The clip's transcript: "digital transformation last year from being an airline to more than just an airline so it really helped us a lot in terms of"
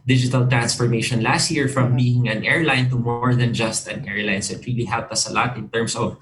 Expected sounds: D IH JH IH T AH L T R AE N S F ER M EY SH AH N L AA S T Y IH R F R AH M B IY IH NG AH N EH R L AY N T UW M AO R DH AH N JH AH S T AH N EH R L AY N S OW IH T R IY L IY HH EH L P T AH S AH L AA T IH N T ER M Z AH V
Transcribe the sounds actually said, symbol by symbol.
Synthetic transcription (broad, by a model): D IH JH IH T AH L T R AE N S F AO M EY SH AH N L AA S T Y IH R F R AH M B IY IH NG AH N EH R L AY N T UW M AO R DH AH N JH AH S T AH N EH R L AY N S OW IH T R IY L IY HH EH L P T AH S AH L AA T IH N T ER M S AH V